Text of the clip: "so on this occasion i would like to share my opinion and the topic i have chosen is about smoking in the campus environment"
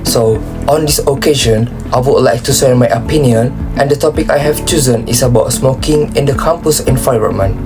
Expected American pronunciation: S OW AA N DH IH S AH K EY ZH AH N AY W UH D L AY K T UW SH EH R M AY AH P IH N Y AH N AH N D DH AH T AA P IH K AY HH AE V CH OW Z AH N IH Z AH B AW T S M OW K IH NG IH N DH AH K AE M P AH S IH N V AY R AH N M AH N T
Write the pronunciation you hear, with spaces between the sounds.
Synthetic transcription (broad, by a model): S OW AA N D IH S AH K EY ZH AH N AY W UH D L AY K T UW S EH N M AY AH P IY N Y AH N AH N D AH T AA P IH K AY HH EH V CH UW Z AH N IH S AH B AW T S M OW K IH NG IH N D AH K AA M P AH S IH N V AY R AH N M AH N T